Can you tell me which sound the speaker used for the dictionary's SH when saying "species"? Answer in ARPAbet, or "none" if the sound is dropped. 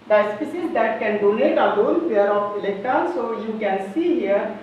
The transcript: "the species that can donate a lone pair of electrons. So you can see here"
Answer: S